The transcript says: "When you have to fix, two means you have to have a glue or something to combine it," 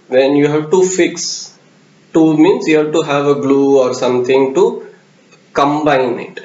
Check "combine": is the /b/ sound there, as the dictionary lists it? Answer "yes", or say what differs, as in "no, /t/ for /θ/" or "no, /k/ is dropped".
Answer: yes